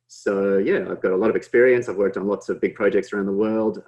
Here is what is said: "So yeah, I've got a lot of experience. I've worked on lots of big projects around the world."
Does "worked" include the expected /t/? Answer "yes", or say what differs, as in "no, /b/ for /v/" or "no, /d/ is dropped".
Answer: yes